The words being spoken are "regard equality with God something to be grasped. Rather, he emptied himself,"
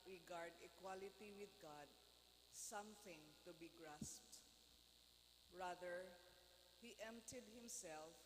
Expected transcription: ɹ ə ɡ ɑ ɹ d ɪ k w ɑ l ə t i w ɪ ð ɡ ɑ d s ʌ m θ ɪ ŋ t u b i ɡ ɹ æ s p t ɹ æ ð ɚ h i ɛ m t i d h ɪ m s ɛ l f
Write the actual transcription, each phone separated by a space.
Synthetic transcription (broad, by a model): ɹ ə ɡ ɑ ɹ d ɪ k w ɑ l ə t i w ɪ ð ɡ ɑ d s ʌ m θ ɪ ŋ t u b i ɡ ɹ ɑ s p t ɹ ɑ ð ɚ h i ɛ m t i d h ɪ m s ɛ l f